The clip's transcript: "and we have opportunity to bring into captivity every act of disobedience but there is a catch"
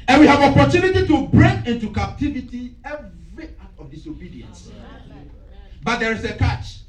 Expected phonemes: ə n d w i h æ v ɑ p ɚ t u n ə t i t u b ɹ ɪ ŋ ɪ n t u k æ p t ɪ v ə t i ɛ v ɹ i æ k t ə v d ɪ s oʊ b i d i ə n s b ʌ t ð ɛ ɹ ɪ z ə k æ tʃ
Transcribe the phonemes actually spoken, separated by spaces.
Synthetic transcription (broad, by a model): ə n w i h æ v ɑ p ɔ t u n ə t i t u b ɹ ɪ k ɪ n t u k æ p t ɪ v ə t i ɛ v ɹ i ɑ t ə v d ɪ s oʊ b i d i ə n s b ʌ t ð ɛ ɹ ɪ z ə k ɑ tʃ